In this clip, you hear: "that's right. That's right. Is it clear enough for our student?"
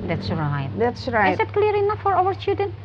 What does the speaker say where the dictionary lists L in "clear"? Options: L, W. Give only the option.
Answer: L